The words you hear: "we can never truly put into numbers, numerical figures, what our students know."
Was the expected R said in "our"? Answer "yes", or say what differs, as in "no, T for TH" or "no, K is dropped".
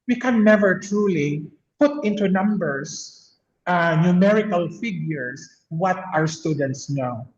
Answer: yes